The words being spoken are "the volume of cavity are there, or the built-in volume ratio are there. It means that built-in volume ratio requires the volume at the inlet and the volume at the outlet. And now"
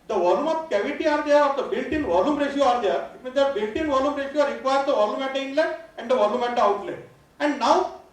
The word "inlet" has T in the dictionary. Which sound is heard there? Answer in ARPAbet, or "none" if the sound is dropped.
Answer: none